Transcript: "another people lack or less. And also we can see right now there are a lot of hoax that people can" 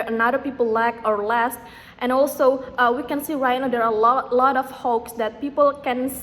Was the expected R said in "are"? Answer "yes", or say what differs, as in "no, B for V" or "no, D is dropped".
no, L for R